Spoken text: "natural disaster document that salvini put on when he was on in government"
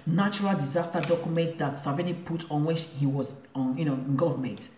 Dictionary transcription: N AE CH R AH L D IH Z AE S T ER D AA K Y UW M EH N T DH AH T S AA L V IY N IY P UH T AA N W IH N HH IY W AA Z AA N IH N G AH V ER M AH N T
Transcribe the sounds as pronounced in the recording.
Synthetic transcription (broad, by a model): N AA CH R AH L D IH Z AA S T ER D AA K Y UW M EH N T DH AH T S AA V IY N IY P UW T AA N W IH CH HH IY W AA Z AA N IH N G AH V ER M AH N T